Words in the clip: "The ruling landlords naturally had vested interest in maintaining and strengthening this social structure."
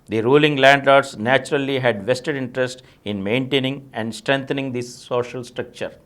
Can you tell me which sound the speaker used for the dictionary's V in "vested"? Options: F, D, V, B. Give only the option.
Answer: V